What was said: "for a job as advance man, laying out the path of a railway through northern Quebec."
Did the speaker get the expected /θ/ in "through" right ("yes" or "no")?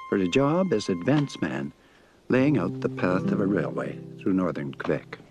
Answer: yes